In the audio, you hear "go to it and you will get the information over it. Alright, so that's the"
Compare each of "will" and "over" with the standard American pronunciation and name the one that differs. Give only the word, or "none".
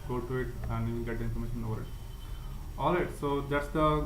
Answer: will